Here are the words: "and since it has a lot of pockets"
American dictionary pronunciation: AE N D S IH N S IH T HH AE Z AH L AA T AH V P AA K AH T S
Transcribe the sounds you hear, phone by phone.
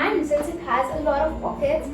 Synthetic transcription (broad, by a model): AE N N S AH S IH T HH AE Z AH L AA T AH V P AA K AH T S